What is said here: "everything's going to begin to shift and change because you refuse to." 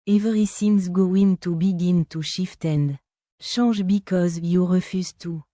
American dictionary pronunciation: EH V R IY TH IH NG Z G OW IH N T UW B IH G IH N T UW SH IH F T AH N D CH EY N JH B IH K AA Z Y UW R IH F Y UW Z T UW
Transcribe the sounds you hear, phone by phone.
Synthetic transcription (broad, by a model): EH V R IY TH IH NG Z G OW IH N T UW B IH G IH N T UW SH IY F T AH N D SH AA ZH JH B IH K AA Z Y UW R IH F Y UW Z T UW